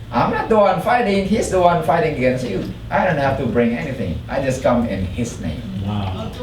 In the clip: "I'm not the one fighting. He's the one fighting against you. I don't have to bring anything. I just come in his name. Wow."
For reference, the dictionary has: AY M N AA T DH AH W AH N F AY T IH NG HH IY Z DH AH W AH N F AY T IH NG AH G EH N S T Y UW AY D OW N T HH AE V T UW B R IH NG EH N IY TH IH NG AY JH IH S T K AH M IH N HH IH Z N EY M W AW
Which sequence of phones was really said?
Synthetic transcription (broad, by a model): AY M N AA T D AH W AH N F AY T IH NG HH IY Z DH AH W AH N F AY T IH NG AH G EH N S T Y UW AY D OW N T HH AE F T UW B R IH NG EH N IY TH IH NG AY JH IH S K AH M IH N HH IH S N EY M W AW